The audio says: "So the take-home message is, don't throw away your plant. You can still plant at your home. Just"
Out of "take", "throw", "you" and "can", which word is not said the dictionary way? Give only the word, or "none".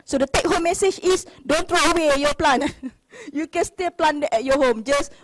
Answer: throw